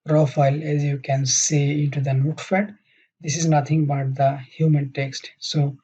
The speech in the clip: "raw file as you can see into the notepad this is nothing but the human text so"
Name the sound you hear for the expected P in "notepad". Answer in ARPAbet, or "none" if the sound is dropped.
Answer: F